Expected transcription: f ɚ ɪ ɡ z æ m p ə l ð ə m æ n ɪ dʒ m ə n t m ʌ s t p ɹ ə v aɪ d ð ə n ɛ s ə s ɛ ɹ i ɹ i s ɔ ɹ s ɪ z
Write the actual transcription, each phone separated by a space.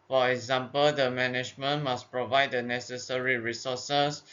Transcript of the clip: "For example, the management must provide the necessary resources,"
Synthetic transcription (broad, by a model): f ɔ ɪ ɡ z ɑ m p ə l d ə m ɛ n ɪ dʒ m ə n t m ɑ s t p ɹ ə v aɪ d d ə n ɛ s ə s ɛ ɹ i ɹ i s ɔ s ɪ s